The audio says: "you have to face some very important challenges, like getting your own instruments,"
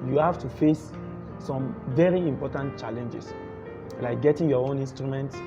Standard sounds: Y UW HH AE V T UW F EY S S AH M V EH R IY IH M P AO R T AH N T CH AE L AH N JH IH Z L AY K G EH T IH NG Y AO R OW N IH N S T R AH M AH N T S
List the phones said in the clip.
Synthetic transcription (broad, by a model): Y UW HH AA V T UW F EY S S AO M V EH R IY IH M P AO T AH N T CH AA L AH N JH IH S L AY K G EH T IH NG Y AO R OW N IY N S T R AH M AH N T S